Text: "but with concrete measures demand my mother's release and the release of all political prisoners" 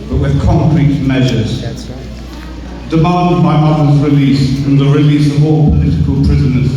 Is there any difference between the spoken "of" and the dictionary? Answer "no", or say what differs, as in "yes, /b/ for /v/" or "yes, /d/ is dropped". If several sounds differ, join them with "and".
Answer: no